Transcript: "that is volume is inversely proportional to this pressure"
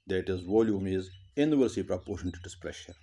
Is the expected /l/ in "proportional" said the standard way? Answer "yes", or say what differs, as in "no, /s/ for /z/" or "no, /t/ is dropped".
no, /n/ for /l/